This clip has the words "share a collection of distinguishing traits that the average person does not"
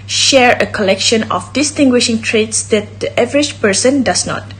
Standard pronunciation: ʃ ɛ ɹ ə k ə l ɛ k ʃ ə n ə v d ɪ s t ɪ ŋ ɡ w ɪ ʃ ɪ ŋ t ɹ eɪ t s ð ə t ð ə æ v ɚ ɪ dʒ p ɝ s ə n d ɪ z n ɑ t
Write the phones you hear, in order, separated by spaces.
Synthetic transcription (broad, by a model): ʃ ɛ ɹ ə k ə l ɛ k ʃ ə n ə f d ɪ s t ɪ ŋ ɡ w ɪ ʃ ɪ ŋ t ɹ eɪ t s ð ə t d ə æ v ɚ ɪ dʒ p ɝ s ə n d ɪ s n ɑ t